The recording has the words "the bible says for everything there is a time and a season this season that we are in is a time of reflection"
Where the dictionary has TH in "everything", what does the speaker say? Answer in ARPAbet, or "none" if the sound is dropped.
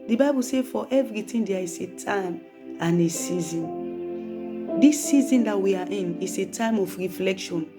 T